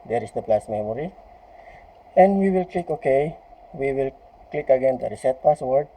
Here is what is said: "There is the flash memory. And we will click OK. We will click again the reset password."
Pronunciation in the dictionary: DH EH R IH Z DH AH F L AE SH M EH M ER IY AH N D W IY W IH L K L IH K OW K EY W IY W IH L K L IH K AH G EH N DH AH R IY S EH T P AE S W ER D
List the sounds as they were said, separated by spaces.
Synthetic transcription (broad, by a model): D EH R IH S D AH P L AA S M EH M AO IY AH N D W IY W IH L K L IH K OW K EY W IY W IH L K L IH K AH G EH N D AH R IY S EH T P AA S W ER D